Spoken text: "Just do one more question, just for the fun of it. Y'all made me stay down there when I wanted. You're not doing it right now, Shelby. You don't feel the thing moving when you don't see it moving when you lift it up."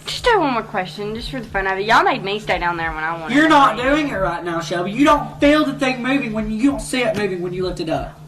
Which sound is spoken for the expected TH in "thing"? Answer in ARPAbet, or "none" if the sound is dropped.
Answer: TH